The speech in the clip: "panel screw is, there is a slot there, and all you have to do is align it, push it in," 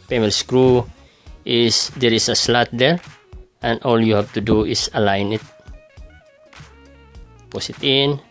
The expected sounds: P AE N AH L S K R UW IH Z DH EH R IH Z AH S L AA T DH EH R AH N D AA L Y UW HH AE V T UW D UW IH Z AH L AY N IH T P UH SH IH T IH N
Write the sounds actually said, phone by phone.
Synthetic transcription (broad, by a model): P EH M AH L S K R UW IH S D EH R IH S AH S L AA T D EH R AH N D AA L Y UW HH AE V T UW D UW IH S AH L AY N IH T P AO S IH T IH N